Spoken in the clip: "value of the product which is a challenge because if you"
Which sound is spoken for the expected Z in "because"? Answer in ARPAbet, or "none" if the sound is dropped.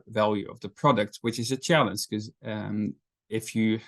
none